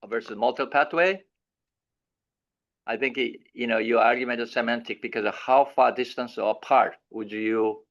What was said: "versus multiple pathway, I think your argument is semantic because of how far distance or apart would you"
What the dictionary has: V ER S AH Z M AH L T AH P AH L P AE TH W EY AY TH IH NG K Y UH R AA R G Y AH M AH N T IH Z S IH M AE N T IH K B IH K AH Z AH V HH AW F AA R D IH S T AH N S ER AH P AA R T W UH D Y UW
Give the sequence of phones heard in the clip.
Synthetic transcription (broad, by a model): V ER S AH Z M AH L T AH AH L P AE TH W EY AY TH IH NG K Y UH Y AA R G Y AH M AH N T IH S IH M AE N T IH K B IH K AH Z AH V HH AW F AA R D IH S T AH N S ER AH P AA R T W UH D Y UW